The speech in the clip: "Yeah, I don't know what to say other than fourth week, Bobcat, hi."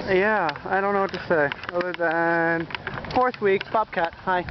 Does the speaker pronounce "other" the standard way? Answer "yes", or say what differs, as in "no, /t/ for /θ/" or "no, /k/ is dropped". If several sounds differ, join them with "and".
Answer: no, /ð/ is dropped